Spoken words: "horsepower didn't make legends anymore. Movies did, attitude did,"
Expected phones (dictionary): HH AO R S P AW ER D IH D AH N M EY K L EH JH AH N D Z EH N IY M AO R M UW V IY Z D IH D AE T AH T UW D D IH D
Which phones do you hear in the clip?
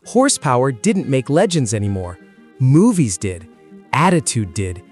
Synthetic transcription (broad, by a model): HH AO R S P AW ER D IH D N M EY K L EH JH AH N D Z EH N IY M AO R M UW V IY Z D IH D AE T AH T UW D D IH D